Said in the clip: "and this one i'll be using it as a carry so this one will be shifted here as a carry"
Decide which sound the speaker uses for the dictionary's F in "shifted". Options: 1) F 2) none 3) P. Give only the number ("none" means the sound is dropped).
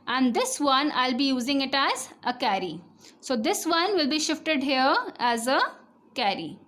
1